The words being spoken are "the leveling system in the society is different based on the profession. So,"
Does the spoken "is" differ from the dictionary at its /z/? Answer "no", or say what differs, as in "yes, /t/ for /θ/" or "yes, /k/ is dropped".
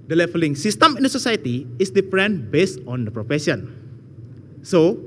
yes, /s/ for /z/